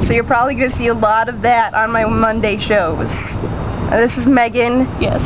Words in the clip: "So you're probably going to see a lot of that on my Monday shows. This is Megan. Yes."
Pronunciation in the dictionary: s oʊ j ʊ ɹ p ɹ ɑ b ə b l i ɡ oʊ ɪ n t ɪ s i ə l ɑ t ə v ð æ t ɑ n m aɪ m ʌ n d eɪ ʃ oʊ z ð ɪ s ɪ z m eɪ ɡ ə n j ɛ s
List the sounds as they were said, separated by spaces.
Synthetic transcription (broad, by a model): s oʊ j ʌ ɹ p ɹ ɑ b ə b l i ɡ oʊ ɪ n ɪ s i ə l ɑ t ə v ð æ t n m aɪ m ʌ n d eɪ ʃ oʊ z ð ɪ s ɪ z m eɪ ɡ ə n j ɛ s